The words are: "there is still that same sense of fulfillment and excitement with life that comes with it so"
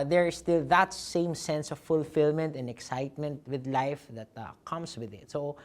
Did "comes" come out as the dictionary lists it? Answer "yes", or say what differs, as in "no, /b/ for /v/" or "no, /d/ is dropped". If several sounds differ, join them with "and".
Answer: no, /s/ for /z/